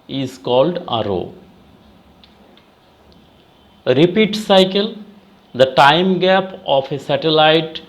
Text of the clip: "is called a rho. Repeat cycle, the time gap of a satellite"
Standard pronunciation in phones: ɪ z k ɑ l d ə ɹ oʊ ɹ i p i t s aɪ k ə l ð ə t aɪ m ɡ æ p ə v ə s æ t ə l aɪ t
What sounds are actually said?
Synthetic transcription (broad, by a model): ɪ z k ɑ l d ə ɹ oʊ ɹ i p i t s aɪ k ə l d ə t aɪ m ɡ æ p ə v ə s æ t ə l aɪ t